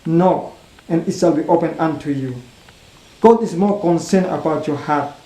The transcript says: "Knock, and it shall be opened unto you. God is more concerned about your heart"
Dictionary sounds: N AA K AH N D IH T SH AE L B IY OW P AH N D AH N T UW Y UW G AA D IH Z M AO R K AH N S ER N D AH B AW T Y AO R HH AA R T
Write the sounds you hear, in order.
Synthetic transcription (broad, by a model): N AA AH N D IH T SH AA L B IY OW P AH N AH N T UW Y UW G AA D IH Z M AO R K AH N S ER N AH B AW T Y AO HH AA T